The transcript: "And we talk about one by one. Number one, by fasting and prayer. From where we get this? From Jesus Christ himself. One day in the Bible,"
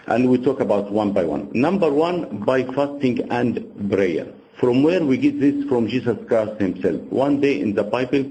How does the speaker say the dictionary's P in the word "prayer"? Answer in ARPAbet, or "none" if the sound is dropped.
B